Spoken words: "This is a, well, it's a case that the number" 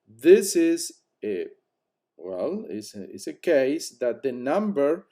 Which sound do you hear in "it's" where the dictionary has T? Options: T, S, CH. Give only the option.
S